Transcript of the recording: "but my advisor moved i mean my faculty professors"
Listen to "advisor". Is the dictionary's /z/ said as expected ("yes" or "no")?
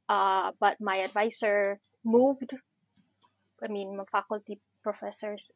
no